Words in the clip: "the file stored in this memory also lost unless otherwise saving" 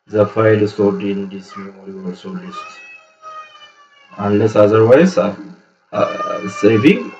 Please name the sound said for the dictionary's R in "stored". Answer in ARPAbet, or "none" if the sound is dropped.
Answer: W